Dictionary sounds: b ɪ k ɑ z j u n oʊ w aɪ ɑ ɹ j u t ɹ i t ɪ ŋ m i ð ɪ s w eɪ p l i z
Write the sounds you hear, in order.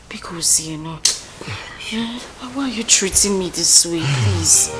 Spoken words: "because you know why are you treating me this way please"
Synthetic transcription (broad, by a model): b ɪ k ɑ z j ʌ n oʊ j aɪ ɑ w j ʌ t ɹ i t ɪ ŋ m i ð ɪ s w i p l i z